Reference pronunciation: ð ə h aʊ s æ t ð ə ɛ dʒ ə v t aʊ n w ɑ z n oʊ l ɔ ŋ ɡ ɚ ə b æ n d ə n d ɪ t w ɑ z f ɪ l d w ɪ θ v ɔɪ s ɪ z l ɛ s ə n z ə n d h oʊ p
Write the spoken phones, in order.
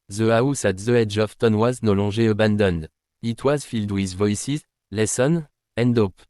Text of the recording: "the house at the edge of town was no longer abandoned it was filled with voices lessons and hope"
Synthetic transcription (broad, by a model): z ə aʊ s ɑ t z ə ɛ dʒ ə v t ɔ n w ɑ z n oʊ l ɔ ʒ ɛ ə b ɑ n d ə n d ɪ t w ɑ z f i l d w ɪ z v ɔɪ s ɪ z l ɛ s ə n ə n d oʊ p